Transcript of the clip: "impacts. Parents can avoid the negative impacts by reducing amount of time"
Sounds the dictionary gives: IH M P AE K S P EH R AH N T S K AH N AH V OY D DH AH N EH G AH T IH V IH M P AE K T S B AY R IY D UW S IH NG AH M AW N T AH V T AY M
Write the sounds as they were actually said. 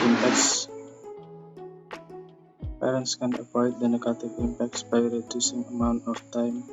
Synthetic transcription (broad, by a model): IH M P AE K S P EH R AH N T S K AH N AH W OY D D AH N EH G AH T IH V IH M P AE K T S B AY R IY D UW S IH NG AH M AW N T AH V T AY M